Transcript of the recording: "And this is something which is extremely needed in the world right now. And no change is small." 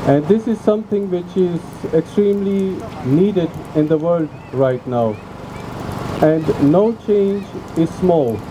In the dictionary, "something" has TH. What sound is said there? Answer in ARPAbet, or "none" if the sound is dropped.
T